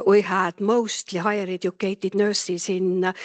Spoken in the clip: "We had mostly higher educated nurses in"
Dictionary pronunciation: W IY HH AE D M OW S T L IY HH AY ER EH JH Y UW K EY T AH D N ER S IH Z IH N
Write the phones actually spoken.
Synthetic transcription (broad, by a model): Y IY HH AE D M OW S T L IY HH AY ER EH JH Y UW K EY T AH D N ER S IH S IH N